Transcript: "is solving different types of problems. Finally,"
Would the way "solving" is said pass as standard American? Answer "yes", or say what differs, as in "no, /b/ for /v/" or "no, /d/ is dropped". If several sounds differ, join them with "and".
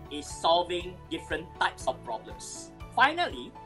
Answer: yes